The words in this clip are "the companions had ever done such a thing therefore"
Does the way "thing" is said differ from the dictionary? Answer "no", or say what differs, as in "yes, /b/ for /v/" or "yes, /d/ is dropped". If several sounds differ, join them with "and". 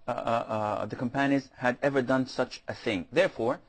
no